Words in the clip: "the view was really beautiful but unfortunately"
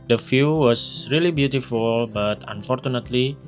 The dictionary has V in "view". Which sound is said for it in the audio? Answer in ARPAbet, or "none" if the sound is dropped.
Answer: F